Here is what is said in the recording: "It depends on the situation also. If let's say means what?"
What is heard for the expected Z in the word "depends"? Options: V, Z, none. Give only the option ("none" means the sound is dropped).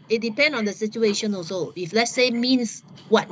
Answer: none